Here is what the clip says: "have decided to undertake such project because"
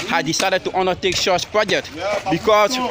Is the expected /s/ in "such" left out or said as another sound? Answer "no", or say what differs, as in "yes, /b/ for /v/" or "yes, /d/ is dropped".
yes, /ʃ/ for /s/